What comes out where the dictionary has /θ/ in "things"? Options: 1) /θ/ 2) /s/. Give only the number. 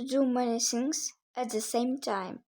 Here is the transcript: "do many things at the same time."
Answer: 2